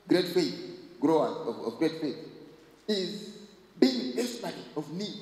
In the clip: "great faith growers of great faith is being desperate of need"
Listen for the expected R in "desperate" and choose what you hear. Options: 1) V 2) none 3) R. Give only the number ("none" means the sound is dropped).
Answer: 2